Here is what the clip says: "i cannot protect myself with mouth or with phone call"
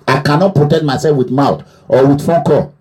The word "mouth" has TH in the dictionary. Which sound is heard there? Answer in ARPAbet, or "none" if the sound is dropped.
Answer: T